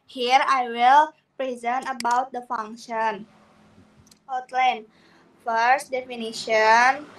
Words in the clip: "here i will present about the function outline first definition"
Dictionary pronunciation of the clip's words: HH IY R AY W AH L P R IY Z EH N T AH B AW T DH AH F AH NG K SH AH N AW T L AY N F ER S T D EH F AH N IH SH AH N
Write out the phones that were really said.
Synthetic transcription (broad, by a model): HH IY R AY W AH L P R IY Z EH N T AH B AW T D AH F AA NG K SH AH N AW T L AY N F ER S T D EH F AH N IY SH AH N